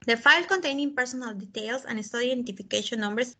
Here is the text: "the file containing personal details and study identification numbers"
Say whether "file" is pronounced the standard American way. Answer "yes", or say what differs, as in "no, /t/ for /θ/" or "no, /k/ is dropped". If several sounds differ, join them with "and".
yes